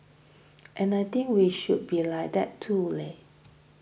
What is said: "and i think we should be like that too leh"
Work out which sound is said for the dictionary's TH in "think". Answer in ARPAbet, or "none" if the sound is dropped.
T